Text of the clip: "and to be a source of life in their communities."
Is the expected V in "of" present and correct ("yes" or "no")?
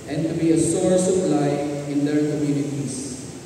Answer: no